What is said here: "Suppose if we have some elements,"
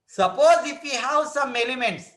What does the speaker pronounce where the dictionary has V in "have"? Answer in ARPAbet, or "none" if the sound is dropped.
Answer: W